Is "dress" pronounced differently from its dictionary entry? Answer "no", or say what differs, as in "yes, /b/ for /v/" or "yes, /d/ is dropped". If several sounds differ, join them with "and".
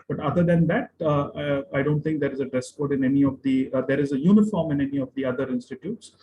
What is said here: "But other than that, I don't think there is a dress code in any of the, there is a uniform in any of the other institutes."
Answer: no